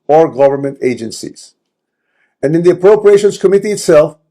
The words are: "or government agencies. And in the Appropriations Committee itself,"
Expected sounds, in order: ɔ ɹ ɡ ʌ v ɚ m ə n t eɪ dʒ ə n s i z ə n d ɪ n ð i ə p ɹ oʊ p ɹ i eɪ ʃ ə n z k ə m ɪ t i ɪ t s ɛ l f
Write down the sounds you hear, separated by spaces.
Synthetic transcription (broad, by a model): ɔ ɹ ɡ ʌ v ɚ m ə n t eɪ dʒ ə n s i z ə n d ɪ n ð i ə p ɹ oʊ p ɹ i eɪ ʃ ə n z k ə m ɪ t i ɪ t s ɛ l f